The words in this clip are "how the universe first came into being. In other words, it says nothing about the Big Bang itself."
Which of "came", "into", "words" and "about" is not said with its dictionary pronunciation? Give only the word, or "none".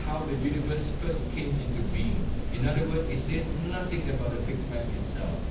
words